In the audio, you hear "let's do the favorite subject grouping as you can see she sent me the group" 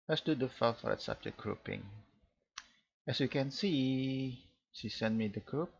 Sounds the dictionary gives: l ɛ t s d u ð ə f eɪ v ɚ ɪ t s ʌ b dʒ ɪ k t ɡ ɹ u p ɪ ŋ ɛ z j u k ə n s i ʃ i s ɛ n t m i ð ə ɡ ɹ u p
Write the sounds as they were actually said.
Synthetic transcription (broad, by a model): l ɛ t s d u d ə f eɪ f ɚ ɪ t s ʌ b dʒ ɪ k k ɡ ɹ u p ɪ ŋ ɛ s j u k ə n s i ʃ i s ɛ n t m i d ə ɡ ɹ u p